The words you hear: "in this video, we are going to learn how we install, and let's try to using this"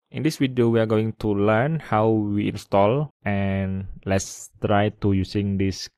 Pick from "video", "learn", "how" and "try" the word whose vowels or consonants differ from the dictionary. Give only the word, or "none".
video